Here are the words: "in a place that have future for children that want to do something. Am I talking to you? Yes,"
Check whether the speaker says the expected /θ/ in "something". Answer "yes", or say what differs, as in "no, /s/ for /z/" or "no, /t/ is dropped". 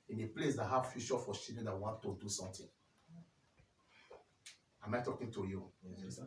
no, /t/ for /θ/